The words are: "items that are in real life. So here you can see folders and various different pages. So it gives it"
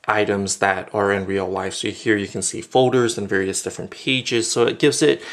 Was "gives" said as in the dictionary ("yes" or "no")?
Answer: yes